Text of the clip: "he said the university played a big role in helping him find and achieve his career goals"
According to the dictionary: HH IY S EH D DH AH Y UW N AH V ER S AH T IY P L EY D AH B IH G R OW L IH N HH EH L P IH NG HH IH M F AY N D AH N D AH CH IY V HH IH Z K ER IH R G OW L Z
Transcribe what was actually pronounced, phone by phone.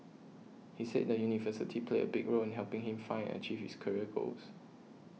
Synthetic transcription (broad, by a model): HH IY S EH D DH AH Y UW N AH V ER S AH T IY P L EY AH B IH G R OW L IH N HH EH L P IH NG HH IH M F AY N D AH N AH CH IY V HH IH S K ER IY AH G OW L S